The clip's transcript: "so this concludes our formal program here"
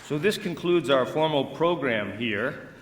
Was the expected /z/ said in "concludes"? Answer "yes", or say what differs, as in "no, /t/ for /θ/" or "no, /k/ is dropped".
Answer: yes